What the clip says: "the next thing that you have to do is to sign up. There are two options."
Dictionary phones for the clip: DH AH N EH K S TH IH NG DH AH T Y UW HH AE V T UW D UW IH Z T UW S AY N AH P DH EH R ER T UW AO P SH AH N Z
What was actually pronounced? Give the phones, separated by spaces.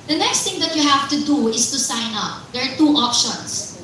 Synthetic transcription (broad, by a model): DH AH N EH K S T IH NG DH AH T Y UW HH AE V T UW D UW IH S T UW S AY N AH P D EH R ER T UW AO P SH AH N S